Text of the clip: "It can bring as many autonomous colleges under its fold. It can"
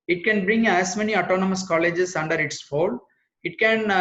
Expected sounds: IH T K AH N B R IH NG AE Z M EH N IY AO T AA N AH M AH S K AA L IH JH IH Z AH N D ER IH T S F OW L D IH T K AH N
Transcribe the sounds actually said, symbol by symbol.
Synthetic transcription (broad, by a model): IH T K AH N B R IH NG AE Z M EH N IY AO T AA N AH M AH S K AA L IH JH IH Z AH N D ER IH T S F OW L IH T K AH N